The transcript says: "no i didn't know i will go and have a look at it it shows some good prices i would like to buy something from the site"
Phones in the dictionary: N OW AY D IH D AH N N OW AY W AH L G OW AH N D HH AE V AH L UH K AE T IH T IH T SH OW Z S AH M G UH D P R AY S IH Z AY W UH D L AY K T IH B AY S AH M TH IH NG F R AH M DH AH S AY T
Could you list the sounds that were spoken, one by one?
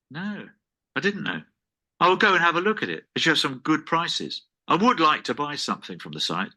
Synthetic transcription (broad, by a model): N OW AY D IH D N N OW AY W AH L G OW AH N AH V AH L UH K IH T IH T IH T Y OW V S AH M G UH D P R AY S IH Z AY W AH D L AY K T IH B AY S AH M TH IH NG F R AH M DH AH S AY T